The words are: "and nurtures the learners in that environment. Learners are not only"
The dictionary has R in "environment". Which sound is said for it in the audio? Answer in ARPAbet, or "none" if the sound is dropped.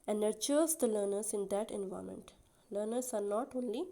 none